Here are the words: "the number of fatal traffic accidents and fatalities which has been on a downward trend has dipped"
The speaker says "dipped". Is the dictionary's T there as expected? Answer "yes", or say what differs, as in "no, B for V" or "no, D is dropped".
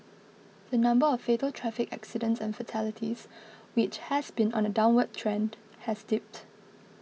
yes